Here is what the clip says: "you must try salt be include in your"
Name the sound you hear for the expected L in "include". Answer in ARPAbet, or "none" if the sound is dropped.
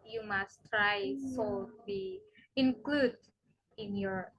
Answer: L